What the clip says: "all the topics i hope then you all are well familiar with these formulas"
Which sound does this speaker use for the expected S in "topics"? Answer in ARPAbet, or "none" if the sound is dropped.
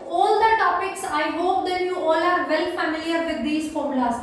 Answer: S